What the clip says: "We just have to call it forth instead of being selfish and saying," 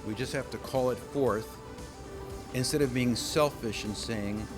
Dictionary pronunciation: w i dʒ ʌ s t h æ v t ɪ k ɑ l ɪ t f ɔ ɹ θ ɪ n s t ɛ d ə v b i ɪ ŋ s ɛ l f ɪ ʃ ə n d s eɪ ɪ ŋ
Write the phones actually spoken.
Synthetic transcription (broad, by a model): w i dʒ ʌ s t h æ f t ɪ k ɑ l ɪ t f ɔ ɹ θ ɪ n s t ɛ d ə v b i ɪ ŋ s ɛ l f ɪ ʃ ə n s eɪ ɪ ŋ